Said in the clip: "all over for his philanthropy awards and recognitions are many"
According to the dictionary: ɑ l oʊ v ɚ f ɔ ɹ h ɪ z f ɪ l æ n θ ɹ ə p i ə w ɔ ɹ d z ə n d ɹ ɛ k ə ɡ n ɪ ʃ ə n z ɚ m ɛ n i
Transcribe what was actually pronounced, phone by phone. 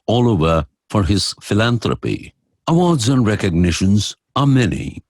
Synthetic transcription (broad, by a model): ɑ l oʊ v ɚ f ɔ ɹ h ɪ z f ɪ l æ n t ɹ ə p i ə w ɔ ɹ d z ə n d ɹ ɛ k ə ɡ n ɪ ʃ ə n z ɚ m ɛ n i